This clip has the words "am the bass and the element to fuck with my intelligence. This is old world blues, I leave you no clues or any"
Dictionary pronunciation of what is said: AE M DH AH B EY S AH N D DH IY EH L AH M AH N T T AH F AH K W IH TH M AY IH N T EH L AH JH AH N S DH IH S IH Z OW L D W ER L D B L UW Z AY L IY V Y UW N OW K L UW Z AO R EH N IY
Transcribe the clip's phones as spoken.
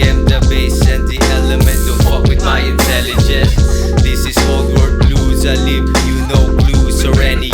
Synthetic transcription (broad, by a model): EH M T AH B EY S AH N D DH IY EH L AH M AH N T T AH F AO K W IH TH M AY IH N T EH L AH JH AH N S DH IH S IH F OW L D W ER D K L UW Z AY L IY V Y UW N OW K L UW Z AO R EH N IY